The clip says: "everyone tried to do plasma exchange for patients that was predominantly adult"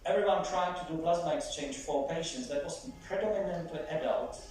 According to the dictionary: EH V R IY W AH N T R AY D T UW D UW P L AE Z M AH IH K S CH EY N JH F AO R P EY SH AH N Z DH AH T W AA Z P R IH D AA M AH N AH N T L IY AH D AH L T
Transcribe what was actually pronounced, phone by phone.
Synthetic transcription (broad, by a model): EH V R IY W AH N T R AY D T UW D UW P L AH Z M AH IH K S CH EY N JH F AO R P EY SH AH N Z DH AH T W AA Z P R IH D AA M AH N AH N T IY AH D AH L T